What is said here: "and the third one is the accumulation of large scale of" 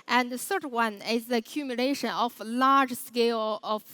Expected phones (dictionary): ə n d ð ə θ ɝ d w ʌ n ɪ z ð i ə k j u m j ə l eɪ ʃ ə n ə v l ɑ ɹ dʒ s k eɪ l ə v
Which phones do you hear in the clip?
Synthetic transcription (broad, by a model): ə n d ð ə s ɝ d w ʌ n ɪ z ð i ə k j u m j ə l eɪ ʃ ə n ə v l ɑ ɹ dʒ s k eɪ l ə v